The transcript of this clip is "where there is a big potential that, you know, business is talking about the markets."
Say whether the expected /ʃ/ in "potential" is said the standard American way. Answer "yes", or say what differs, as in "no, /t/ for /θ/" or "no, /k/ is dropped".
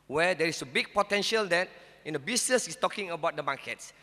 yes